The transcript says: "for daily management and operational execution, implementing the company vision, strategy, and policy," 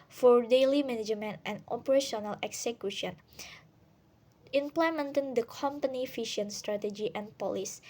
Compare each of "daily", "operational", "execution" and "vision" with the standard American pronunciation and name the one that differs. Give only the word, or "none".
vision